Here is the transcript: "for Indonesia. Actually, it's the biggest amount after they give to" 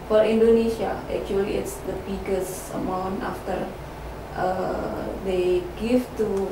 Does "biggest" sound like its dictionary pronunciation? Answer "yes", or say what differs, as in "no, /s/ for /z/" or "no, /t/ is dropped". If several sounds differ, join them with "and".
no, /t/ is dropped